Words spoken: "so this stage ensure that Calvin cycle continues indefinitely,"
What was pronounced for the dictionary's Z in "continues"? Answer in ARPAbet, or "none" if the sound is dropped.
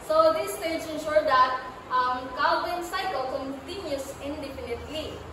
S